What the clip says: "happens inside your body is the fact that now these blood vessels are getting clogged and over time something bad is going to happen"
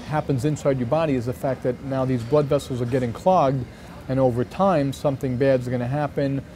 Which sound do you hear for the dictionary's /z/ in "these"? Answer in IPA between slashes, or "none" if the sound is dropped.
/z/